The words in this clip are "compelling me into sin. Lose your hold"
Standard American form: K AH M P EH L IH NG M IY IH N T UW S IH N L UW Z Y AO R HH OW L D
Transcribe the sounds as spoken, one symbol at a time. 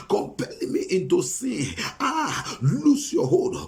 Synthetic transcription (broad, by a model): K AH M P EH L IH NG M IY IH N T UW S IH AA L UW S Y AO HH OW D